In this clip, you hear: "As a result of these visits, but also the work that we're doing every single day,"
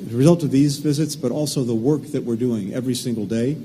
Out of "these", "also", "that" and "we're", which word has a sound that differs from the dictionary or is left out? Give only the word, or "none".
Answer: none